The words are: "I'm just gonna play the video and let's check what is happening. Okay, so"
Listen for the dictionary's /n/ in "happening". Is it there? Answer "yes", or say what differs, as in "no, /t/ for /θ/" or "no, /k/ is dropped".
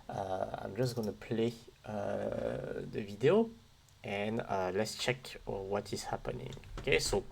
yes